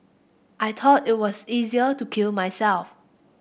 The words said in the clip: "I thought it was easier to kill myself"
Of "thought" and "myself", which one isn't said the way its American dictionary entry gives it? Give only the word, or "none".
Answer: thought